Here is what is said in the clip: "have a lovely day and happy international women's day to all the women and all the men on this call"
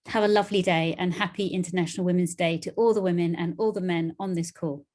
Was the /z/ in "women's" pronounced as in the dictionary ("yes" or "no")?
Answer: yes